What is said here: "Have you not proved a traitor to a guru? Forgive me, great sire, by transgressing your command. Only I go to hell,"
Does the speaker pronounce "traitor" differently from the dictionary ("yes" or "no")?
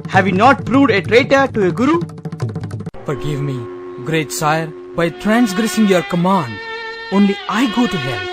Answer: no